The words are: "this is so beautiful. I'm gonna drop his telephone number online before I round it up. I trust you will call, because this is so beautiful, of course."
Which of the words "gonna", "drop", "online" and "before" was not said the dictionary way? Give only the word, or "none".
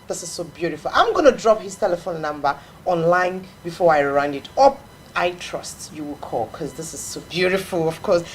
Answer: none